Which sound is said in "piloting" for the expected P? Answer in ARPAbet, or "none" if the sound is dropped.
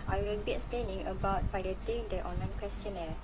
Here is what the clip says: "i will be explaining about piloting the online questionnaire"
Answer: B